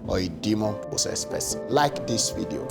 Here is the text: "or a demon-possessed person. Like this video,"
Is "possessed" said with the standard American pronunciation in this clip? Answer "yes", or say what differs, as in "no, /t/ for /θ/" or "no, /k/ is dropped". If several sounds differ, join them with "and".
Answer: no, /s/ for /z/